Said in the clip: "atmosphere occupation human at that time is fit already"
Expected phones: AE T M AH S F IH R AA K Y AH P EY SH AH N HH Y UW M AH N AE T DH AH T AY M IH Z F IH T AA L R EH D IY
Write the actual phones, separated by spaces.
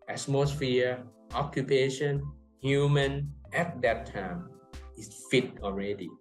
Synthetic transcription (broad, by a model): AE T M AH S F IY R AA K Y AH P EY SH AH N HH Y UW M AH N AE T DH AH T AY M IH S F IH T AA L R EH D IY